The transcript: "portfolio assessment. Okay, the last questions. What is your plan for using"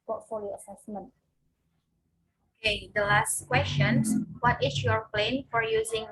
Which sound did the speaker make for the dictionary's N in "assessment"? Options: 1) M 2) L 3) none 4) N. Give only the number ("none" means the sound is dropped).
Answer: 4